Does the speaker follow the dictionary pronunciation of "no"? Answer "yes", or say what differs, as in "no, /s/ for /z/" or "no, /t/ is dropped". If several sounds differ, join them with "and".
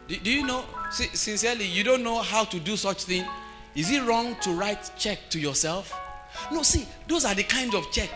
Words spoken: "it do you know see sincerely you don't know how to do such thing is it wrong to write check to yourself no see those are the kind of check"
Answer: no, /l/ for /n/